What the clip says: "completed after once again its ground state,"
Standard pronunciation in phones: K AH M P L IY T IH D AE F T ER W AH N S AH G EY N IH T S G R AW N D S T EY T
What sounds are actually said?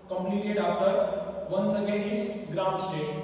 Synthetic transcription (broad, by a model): K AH M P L IY T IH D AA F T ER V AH N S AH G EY IH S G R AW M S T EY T